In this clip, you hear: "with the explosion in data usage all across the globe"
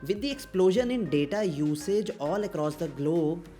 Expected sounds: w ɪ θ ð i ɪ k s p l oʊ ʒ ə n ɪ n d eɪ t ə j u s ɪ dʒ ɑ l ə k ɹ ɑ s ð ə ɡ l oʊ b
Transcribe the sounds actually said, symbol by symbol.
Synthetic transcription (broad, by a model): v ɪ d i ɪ k s p l oʊ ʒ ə n ɪ n d eɪ t ə j u s ɪ dʒ ɑ l ə k ɹ ɑ s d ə ɡ l oʊ